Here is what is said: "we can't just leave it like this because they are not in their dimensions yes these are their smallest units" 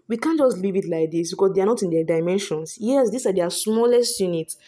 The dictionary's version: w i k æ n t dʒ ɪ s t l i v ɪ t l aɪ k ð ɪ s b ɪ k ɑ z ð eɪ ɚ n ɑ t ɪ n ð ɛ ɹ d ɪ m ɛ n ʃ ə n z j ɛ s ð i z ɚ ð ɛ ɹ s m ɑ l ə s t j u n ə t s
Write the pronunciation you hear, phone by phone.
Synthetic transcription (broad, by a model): w i k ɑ n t dʒ ɪ s t l i v ɪ t l aɪ k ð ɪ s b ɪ k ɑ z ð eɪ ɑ n ɑ t ɪ n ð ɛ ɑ d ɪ m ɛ n ʃ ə n s j ɛ s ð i s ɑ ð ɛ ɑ s m ɑ l ə s t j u n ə t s